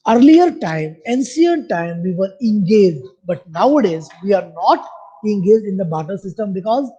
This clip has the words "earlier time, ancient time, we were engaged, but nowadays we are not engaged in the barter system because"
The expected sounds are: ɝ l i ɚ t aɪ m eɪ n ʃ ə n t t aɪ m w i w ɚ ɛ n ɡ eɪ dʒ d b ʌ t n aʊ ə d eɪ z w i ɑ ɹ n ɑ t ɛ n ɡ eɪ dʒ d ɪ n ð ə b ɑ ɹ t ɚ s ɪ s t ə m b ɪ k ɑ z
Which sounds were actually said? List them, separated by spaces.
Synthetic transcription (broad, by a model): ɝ l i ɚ t aɪ m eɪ n s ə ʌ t t aɪ m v i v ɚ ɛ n ɡ eɪ dʒ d b ʌ t n aʊ ə d eɪ z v i ɑ ɹ n ɑ t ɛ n ɡ eɪ dʒ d ɪ n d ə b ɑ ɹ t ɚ s ɪ s t ə m b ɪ k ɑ z